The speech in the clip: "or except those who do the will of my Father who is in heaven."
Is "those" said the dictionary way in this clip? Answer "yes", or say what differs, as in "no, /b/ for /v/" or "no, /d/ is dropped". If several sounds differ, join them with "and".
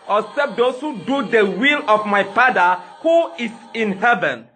no, /s/ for /z/